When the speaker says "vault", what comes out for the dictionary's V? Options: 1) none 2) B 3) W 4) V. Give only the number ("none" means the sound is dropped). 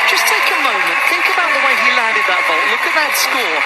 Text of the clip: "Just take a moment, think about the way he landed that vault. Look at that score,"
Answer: 3